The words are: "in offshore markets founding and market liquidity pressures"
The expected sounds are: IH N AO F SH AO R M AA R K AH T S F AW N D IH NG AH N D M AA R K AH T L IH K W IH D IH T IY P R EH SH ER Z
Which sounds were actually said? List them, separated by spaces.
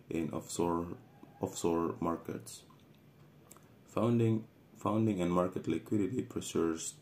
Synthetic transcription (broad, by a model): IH N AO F S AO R M AA R K AH T S F AW N D IH NG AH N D M AA R K AH T L IH K W IH D IH T IY P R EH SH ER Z